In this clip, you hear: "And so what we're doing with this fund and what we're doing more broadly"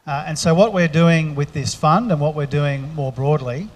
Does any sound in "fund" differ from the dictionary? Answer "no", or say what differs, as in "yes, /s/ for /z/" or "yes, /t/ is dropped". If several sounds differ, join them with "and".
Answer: no